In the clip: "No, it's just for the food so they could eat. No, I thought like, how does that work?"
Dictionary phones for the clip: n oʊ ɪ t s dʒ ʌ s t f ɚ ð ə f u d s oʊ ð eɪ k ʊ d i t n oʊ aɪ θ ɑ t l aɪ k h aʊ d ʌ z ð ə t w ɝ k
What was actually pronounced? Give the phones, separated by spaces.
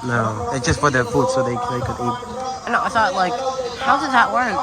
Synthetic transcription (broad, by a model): n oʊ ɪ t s dʒ ʌ s t f ɚ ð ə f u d s oʊ ð eɪ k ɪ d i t n oʊ aɪ s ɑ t l aɪ k h aʊ d ʌ z ð ə t w ɝ k